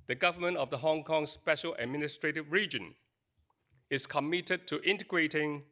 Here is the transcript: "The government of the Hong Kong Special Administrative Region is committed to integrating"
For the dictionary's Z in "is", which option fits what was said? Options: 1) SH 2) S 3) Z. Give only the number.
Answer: 2